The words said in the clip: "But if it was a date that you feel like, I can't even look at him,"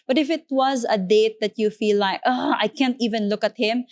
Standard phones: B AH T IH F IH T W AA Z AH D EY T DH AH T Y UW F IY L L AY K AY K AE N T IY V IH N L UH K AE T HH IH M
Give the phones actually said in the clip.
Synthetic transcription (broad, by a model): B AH T IH F IH T W AA Z AH D EY T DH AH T Y UW F IY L L AY K AY K AE N T IY V IH N L UH K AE T HH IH M